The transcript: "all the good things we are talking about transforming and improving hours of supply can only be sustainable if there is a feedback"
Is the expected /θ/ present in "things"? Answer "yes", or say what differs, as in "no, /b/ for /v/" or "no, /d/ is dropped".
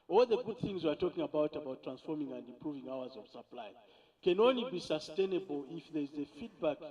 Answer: yes